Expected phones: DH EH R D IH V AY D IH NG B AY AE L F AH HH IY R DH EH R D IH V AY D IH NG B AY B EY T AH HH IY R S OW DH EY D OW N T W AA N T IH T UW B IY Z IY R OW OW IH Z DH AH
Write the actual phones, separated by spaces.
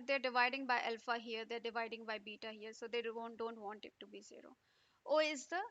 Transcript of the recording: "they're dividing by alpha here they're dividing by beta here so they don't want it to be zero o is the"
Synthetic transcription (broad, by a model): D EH R D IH V AY D IH NG B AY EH L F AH HH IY R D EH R D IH V AY D IH NG B AY B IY T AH HH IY R S OW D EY D OW N T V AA N T IH T UW B IY Z IY R OW OW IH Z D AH